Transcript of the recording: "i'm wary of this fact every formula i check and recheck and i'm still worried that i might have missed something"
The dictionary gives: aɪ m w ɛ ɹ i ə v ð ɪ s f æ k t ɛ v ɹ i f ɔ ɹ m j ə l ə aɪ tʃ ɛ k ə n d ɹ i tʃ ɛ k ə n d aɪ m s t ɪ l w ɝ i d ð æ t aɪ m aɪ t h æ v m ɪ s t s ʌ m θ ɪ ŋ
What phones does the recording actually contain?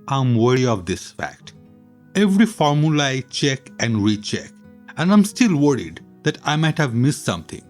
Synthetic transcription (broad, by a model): aɪ m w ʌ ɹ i ə v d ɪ s f æ k t ɛ v ɹ i f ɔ ɹ m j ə l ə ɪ tʃ ɛ k ə n d ɹ i tʃ ɛ k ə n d aɪ m s t ɪ l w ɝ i d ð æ t aɪ m aɪ t h æ v m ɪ s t s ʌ m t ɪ ŋ